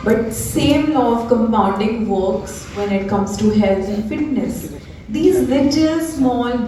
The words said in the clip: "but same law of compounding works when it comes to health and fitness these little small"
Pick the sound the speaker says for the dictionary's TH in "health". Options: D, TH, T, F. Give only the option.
T